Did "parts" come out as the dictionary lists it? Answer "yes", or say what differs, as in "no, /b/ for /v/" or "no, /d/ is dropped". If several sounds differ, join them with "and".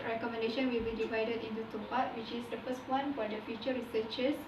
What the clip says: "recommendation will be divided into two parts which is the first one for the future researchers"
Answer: no, /s/ is dropped